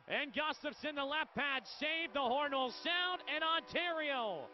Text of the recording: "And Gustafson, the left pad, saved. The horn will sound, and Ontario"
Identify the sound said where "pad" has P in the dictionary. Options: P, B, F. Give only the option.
P